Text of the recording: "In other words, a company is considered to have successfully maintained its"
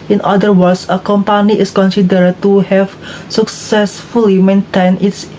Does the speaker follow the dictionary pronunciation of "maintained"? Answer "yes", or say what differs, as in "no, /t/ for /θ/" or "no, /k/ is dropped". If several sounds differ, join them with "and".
no, /d/ is dropped